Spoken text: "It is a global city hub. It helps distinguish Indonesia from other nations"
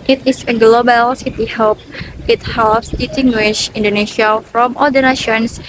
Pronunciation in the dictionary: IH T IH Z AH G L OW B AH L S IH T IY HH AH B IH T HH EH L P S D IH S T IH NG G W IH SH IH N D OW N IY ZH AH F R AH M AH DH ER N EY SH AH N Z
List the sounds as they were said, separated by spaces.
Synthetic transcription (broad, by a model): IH T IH S AH G L OW B AH L S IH T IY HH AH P IH T HH EH L P S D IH T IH NG G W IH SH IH N D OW N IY SH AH F R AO M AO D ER N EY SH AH N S